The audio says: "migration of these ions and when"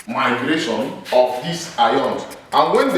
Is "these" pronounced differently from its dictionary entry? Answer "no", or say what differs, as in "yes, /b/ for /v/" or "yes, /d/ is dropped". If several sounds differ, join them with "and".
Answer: yes, /s/ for /z/